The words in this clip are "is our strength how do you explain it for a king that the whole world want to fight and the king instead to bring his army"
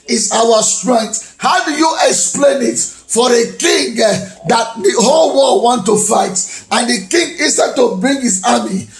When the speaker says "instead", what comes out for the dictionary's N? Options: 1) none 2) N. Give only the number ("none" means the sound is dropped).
1